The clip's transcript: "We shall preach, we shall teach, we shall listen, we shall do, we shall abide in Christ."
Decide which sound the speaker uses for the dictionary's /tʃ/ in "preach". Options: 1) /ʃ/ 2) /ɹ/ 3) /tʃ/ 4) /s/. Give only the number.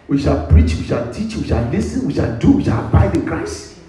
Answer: 3